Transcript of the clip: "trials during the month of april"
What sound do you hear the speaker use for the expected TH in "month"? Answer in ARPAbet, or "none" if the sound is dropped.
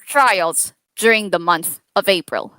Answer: TH